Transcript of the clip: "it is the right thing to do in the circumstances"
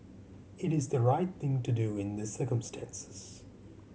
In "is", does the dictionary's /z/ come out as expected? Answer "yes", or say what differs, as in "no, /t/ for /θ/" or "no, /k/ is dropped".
yes